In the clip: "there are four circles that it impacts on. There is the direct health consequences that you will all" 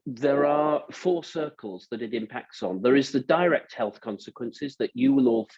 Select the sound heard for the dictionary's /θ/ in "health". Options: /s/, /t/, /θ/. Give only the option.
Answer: /θ/